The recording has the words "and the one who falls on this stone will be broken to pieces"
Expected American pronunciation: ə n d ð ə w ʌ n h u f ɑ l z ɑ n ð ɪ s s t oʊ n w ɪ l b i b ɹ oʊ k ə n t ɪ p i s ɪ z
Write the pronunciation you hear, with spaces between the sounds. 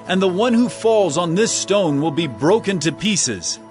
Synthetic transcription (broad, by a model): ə n ð ə w ʌ n h u f ɑ l z n ð ɪ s s t oʊ n w ɪ l b i b ɹ oʊ k ə n t ɪ p i s ɪ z